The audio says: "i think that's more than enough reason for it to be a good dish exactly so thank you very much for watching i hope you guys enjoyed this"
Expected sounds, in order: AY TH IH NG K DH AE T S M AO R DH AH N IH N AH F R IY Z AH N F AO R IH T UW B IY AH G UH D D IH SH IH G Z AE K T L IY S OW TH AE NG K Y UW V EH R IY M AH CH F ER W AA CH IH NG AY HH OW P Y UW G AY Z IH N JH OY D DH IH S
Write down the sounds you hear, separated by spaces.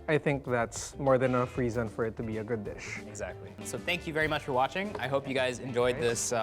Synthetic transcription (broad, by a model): AY TH IH NG K DH AE T S M AO R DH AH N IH N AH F R IY Z AH N F AO R IH T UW B IY AH G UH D D IH SH IH G Z AE K T L IY S OW TH AE NG K Y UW V EH R IY M AH CH F ER W AA CH IH NG AY HH OW P Y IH G AY Z IH N JH OY D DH IH S